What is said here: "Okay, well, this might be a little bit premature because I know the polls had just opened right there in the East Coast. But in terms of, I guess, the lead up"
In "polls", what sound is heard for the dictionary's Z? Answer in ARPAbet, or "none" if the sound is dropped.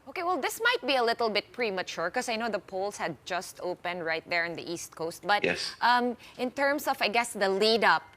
S